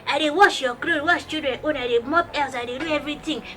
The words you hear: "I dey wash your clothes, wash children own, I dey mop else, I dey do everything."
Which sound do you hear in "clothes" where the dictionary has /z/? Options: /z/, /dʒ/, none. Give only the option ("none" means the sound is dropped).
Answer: none